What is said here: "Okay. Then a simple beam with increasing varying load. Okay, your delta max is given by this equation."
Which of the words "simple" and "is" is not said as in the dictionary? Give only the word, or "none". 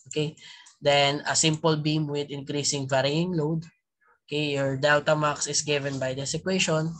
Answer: is